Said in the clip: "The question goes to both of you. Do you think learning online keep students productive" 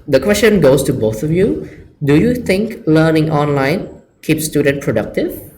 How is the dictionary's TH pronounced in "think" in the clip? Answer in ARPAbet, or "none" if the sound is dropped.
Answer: T